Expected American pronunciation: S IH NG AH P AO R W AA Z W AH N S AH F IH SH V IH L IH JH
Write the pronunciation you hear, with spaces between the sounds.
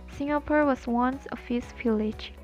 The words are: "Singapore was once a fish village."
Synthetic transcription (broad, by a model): S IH NG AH P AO R W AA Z W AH N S AH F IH S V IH L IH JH